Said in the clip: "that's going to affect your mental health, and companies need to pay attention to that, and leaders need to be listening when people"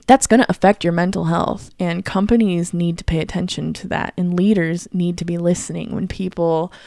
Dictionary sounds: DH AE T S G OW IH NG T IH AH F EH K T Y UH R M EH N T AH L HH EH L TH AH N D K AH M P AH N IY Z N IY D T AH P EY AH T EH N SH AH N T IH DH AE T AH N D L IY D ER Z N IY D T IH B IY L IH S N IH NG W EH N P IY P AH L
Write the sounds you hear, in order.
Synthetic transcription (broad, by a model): DH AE T S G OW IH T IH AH F EH K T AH R M EH N T L HH EH L TH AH N K AH M P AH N IY Z N IY D T AH P EY AH T EH N SH AH N T IH DH AE T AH N L IY D ER Z N IY D T IH B IY L IH S N IH NG W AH N P IY P L